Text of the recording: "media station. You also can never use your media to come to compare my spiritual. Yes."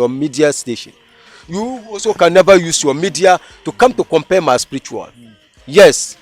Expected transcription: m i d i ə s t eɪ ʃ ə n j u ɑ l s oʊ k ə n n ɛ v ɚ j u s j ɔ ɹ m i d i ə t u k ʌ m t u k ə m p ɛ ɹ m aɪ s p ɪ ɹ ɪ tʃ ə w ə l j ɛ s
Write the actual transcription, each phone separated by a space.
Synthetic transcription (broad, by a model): m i d i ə s t eɪ ʃ ə n j u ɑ s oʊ k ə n n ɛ v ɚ j u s j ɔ m i d i ə t u k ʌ m t u k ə m p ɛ m aɪ s p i ɹ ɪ tʃ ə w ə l j ɛ s